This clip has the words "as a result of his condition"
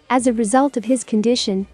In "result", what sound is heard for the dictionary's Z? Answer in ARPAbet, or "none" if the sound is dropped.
Z